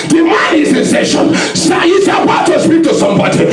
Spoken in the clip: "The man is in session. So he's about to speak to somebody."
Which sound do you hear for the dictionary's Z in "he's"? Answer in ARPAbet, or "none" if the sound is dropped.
S